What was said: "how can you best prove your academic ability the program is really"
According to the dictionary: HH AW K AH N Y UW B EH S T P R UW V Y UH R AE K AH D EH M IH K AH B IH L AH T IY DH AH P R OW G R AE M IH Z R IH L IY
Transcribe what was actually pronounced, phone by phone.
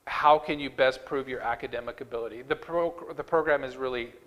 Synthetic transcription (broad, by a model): HH AW K AH N Y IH B EH S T P R UW V Y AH R AE K AH D EH M IH K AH B IH L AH T IY DH AH P R OW G R AE M IH Z R IH L IY